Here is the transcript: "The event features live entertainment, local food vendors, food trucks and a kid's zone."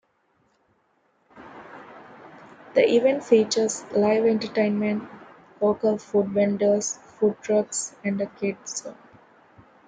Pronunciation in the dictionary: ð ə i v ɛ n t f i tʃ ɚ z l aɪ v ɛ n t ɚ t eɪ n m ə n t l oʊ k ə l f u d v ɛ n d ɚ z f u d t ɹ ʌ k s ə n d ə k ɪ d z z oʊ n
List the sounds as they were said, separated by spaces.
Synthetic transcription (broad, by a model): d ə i v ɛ n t f i tʃ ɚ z l aɪ v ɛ n t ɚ t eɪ n m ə n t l oʊ k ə l f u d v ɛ n d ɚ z f u d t ɹ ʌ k s ə n d ə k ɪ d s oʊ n